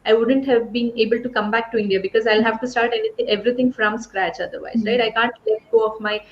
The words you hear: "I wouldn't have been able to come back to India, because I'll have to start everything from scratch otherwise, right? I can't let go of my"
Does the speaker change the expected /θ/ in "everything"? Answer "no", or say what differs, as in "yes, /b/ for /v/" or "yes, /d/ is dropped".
yes, /t/ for /θ/